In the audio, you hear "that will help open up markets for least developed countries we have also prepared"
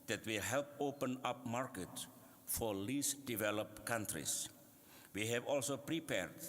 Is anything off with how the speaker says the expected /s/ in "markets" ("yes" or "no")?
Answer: yes